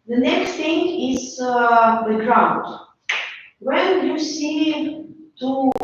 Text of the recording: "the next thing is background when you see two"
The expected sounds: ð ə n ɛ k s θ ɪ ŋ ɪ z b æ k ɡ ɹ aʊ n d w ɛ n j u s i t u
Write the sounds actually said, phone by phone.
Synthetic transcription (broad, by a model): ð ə n ɛ k s t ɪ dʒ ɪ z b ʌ ɡ ɹ aʊ n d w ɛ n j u s i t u